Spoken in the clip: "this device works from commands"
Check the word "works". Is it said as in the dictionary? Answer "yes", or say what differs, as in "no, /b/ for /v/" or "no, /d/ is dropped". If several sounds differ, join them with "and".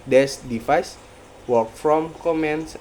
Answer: no, /s/ is dropped